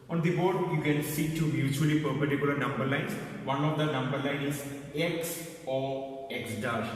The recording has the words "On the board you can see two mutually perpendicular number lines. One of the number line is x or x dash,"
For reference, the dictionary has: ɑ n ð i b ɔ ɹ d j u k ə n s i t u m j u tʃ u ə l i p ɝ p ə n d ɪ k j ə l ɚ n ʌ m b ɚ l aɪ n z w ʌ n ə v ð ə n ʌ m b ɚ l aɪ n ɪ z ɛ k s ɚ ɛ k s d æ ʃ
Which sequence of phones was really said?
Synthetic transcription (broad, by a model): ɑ n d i b ɔ ɹ d j u k ə n s i t u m j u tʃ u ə l i p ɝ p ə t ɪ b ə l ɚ n ʌ m b ɚ l aɪ n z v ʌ n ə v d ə n ʌ m b ɚ l aɪ n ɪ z ɛ k s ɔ ɛ k s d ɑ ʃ